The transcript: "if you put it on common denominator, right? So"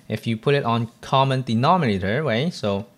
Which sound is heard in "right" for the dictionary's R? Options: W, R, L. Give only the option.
W